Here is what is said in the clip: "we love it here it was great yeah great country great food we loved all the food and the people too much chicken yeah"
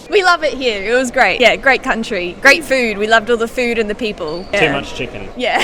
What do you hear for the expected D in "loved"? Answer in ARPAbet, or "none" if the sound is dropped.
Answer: D